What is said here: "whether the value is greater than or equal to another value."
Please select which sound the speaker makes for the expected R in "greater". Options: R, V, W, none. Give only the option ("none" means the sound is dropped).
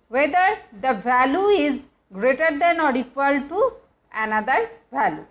R